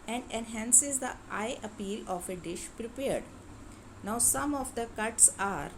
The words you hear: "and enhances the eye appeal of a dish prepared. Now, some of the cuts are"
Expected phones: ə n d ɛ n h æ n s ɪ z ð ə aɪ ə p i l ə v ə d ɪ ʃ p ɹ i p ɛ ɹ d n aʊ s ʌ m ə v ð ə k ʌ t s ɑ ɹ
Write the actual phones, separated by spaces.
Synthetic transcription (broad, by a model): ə n d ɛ n h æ n s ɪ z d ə aɪ ə p i l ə f ə d ɪ ʃ p ɹ i p ɛ ɹ d n aʊ s ʌ m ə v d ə k ʌ t s ɑ ɹ